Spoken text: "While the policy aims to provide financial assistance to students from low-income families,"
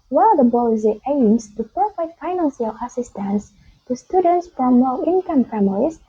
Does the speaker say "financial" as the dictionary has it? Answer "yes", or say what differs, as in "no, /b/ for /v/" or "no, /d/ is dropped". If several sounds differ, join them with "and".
no, /s/ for /ʃ/